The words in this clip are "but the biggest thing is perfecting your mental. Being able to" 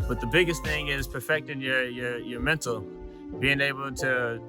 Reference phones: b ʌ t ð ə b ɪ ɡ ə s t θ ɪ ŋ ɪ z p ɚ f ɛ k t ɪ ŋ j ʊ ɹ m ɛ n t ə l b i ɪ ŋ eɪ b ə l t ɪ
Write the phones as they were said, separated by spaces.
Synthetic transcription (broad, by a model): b ʌ t ð ə b ɪ ɡ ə s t θ ɪ ŋ ɪ z p ɚ f ɛ k t ɪ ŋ j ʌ ɹ m ɛ n t l b i ɪ ŋ eɪ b l t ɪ